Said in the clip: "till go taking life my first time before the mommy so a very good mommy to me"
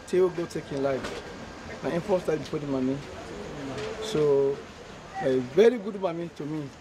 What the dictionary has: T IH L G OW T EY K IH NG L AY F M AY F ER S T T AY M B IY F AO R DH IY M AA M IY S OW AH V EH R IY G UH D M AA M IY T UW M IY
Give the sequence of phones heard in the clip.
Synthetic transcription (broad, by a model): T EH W G OW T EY K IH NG L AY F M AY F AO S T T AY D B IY P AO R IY M AA M IY S OW V EH R IY G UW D M AA M IY T UW M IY